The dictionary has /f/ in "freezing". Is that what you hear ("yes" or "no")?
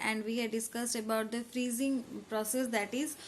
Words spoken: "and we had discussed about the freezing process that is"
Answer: yes